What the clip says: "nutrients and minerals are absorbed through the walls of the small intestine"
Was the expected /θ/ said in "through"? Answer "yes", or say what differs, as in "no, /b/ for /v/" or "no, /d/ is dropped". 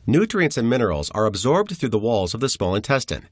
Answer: yes